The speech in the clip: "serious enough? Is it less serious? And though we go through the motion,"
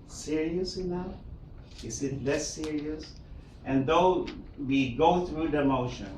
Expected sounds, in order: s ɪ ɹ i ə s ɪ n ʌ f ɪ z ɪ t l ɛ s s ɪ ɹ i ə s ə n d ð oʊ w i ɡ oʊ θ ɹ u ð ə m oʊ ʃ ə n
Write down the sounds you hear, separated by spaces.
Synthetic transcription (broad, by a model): s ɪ ɹ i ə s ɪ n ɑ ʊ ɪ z ɪ t l ɛ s s ɪ ɹ i ə s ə n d ð oʊ w i ɡ oʊ θ ɹ u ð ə m oʊ ʃ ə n